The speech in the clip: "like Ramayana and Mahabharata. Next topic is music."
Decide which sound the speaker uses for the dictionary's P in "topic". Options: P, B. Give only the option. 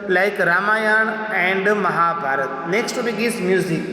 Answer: B